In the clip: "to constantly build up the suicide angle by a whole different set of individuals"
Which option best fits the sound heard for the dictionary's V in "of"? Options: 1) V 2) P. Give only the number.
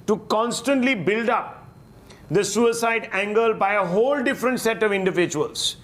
1